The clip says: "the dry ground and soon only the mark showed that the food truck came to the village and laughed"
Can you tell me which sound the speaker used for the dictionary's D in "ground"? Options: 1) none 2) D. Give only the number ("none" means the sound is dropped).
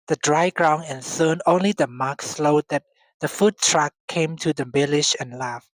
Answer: 1